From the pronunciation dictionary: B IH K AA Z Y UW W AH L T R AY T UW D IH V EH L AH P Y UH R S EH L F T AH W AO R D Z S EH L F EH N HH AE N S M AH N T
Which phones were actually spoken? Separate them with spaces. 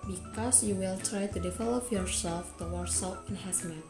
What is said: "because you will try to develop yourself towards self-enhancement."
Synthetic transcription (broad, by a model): B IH K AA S Y UW W AH L T R AY T UW D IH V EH L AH F Y UH R S EH L F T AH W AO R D S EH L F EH N HH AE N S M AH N